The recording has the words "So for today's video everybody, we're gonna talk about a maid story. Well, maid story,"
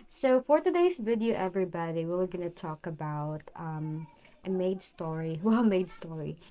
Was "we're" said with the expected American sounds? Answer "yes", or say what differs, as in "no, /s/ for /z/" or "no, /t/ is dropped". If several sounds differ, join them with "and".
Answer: no, /l/ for /ɹ/